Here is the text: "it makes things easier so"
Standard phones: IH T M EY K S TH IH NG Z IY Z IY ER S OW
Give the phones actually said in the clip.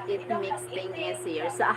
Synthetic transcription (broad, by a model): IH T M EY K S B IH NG IY S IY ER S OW